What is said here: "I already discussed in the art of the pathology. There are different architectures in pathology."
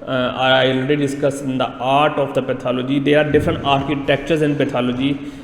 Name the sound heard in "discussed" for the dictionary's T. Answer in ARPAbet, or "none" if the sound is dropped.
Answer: none